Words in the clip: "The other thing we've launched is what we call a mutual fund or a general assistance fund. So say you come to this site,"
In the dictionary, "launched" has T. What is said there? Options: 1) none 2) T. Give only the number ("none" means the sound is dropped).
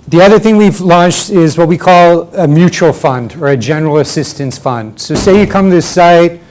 2